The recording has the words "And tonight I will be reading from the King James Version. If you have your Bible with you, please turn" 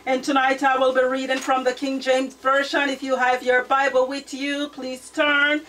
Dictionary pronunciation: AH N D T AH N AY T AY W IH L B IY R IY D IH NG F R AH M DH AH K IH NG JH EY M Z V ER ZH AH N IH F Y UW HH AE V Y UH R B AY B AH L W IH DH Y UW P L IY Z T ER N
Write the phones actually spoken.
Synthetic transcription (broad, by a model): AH N T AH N AY T AY W IH L B IY R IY D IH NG F R AH M DH AH K IH NG JH EY M Z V ER SH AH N IH F Y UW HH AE V Y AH R B AY B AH L W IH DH Y UW P L IY Z T ER N